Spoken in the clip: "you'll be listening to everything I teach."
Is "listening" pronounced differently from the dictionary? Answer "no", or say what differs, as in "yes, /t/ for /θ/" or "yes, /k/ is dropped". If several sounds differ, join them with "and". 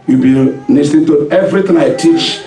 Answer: yes, /n/ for /l/